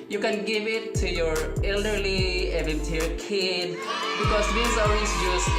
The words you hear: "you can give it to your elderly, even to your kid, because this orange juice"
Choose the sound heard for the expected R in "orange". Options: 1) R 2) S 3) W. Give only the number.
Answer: 3